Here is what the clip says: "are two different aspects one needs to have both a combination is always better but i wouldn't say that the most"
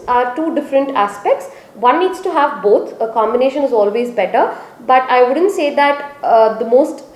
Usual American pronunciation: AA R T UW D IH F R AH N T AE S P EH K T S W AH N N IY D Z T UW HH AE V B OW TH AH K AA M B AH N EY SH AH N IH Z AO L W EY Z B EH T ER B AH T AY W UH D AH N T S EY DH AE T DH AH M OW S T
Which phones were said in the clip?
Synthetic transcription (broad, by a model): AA R T UW D IH F R AH N T AE S P EH K T S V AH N N IY D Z T UW HH AE V B OW T AH K AA M B AH N EY SH AH N IH Z AO L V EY Z B EH T ER B AH T AY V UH D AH N T S EY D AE T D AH M OW S T